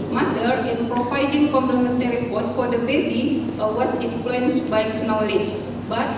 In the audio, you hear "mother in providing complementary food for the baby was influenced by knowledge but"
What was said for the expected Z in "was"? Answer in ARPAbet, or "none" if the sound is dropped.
S